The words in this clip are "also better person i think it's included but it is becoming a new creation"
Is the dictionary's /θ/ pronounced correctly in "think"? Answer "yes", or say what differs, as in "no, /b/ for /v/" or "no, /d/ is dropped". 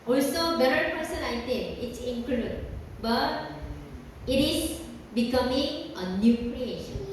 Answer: no, /t/ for /θ/